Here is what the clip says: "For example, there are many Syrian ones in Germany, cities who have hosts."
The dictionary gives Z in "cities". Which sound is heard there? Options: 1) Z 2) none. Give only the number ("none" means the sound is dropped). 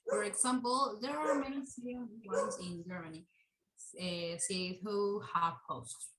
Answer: 2